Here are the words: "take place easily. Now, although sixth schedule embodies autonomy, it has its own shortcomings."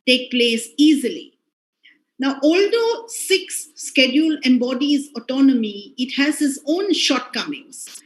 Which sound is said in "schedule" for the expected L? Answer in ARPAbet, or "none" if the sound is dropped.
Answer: L